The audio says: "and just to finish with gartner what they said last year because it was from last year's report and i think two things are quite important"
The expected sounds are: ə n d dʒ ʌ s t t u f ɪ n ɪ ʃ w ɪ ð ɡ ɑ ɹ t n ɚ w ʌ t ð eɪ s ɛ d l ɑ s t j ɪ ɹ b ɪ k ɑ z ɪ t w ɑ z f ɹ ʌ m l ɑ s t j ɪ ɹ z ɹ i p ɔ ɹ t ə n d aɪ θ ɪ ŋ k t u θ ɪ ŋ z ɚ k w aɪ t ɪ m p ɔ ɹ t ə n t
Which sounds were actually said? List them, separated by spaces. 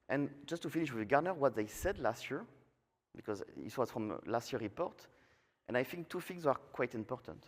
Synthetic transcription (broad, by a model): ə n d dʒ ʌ s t t u f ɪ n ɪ ʃ w ɪ ð ɡ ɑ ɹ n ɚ w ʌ t ð eɪ s ɛ d l ɑ s t j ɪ ɹ b ɪ k ɑ z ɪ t w ɑ z f ɹ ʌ m l ɑ s t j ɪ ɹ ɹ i p ɔ ɹ t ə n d aɪ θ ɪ ŋ k t u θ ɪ ŋ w ɚ k w aɪ t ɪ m p ɔ ɹ t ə n t